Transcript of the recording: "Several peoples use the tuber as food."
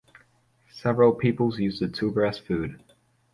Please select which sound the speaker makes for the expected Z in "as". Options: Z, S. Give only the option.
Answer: S